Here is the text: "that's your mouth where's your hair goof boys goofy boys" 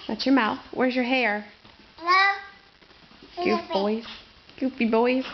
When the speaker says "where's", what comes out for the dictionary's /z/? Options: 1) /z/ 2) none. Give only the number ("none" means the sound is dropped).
1